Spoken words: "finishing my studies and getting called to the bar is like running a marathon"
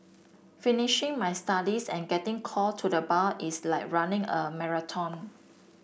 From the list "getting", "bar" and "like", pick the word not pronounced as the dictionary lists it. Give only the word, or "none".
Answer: bar